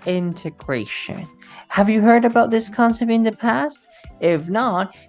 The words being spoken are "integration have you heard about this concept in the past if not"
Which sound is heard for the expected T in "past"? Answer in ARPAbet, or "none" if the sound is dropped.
T